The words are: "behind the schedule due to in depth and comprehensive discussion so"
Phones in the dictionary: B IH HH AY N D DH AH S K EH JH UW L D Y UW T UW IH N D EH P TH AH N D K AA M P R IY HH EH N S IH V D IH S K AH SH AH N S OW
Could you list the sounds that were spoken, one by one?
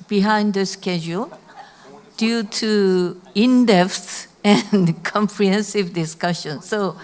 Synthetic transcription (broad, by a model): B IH HH AY N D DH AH S K EH JH UW L D Y UW T UW IH N D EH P S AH N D K AA M P R IY HH EH N S IH V D IH S K AH SH AH N S OW